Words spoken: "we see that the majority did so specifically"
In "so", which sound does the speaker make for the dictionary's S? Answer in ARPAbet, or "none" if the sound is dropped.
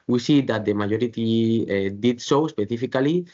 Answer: SH